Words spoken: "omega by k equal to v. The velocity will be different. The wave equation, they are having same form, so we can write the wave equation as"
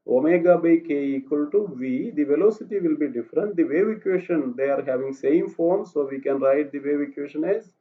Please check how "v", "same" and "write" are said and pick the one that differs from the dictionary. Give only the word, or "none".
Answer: none